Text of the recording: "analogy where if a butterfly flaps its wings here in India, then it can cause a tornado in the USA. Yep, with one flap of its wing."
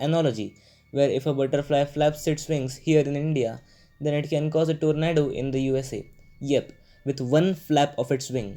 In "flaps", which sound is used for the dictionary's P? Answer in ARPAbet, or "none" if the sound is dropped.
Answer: P